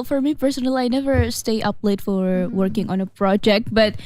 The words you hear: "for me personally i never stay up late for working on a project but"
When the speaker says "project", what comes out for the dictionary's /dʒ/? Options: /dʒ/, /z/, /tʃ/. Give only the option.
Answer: /dʒ/